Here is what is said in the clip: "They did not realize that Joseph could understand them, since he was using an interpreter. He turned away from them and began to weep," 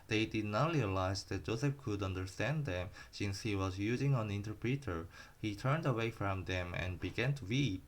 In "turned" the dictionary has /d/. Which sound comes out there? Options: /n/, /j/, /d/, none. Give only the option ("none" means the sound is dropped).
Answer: /d/